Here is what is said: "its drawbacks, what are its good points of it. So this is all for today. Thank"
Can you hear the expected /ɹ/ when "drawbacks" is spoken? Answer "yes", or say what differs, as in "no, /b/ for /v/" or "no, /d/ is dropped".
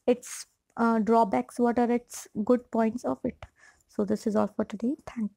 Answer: yes